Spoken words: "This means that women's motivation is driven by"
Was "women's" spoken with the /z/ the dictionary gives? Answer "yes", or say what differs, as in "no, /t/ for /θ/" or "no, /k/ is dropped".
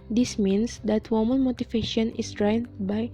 no, /z/ is dropped